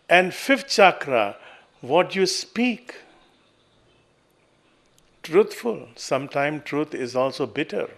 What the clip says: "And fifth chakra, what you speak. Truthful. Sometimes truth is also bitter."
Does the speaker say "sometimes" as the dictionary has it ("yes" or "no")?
no